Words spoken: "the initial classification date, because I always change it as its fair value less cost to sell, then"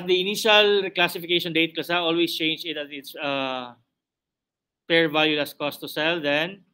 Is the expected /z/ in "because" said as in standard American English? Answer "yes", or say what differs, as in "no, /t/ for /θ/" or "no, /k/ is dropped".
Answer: no, /s/ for /z/